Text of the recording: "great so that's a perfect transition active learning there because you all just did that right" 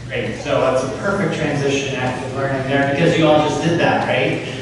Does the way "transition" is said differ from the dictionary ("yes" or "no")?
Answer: no